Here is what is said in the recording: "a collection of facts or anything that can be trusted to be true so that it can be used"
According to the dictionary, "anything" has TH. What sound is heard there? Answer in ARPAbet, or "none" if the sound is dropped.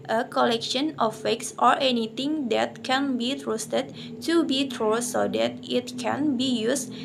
T